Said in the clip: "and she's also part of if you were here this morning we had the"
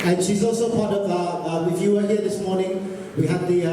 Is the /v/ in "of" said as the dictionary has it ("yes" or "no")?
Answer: no